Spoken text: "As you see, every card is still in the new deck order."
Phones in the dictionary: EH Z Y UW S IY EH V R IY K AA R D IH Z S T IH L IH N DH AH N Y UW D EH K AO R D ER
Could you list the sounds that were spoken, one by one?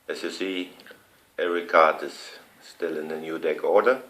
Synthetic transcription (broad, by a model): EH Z Y UW S IY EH R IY K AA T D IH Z S T IH L IH N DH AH N Y UW D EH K AO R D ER